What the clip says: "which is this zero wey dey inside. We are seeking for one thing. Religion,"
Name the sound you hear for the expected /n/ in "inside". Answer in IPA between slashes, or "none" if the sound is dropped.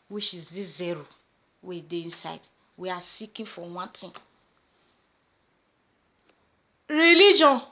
/n/